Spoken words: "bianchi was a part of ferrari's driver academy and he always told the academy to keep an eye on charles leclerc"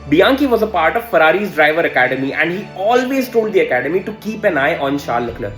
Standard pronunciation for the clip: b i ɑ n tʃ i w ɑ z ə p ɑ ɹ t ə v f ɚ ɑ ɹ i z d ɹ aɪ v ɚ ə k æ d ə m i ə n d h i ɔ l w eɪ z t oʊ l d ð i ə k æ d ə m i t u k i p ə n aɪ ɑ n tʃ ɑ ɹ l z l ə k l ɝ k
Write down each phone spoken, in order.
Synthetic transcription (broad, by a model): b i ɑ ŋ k i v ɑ z ə p ɑ ɹ t ə v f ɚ ɑ ɹ i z d ɹ aɪ v ɚ ə k æ d ə m i ə n d h i ɔ l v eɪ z t oʊ l d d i ə k æ d ə m i t u k i p ə n aɪ ɑ n ʃ ɑ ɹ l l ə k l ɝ